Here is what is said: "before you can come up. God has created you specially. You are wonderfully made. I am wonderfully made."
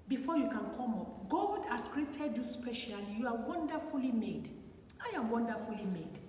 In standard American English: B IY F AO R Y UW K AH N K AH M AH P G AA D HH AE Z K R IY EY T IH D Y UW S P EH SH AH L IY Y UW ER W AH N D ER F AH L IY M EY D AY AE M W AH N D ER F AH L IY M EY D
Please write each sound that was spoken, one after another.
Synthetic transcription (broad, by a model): B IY F AO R Y UW K AH N K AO M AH P G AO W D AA S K R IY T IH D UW S P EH SH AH L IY Y UW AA W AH N D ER F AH L IY M EY D AY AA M W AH N D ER F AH L IY M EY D